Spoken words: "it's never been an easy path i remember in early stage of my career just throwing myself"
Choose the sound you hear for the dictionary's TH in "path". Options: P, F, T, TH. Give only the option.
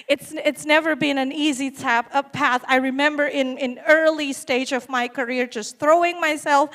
TH